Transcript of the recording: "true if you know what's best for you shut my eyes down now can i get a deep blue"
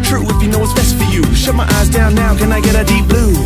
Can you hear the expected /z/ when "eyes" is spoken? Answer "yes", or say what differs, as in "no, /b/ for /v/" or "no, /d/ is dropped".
yes